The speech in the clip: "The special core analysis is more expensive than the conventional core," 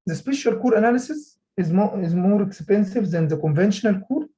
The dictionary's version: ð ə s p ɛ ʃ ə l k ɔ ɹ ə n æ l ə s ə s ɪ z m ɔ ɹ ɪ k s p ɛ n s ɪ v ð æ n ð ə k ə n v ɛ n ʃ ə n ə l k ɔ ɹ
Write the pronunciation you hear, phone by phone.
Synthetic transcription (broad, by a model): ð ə s p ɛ ʃ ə l k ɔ ɹ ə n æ l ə s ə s ɪ z m ɔ ɹ ɪ k s p ɛ n s ɪ v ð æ n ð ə k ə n v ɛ n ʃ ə n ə l k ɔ ɹ